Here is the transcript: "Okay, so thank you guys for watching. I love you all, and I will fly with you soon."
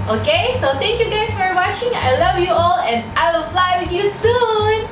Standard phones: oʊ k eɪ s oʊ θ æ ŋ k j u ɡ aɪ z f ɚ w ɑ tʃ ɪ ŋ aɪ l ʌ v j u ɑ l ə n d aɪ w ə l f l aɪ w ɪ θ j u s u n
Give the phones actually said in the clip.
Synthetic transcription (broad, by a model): oʊ k eɪ s oʊ t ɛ ŋ k j u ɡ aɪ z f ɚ w ɑ tʃ ɪ ŋ aɪ l ʌ v j u ɑ l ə n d aɪ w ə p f l aɪ w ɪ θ j u s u n